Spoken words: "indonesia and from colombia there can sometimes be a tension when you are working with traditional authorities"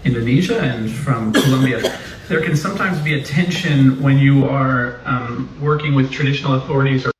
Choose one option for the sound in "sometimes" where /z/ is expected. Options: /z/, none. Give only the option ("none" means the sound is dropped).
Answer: /z/